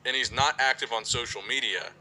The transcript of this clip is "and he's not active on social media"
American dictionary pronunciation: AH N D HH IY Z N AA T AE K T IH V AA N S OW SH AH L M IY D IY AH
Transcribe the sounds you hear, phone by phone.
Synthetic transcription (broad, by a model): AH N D HH IY Z N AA T AE K T IH V N S OW SH L M IY D IY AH